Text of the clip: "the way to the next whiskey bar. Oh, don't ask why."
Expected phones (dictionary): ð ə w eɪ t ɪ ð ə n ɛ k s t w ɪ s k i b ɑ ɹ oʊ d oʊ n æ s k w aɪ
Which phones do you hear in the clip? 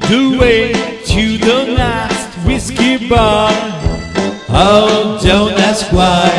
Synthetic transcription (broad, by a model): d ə w eɪ t ɪ ð ə l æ s t w ɪ s k i b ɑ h oʊ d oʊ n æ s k w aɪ